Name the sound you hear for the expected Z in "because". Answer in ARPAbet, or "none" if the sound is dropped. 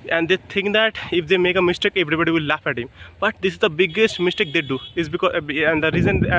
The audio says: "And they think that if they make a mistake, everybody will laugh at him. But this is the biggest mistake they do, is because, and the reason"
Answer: none